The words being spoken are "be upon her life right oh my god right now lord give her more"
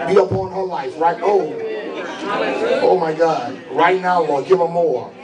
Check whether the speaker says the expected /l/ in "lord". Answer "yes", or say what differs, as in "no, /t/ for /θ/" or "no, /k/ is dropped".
no, /w/ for /l/